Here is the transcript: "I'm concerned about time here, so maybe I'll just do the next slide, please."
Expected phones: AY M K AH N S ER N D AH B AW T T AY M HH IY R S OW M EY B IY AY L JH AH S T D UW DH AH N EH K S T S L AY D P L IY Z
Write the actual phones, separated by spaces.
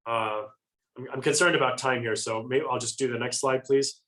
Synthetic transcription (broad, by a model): AY M K AH N S ER N D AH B AW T T AY M HH IY R S OW M EY IY AY L JH AH S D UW DH AH N EH K S T S L AY D P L IY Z